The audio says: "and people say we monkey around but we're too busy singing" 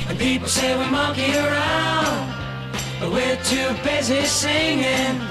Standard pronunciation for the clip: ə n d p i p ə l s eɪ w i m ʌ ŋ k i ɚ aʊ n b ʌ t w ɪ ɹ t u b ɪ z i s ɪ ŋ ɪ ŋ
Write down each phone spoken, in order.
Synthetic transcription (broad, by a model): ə n p i p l s eɪ w i m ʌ k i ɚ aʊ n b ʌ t w ɪ ɹ t u b ɪ z i s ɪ ŋ ɪ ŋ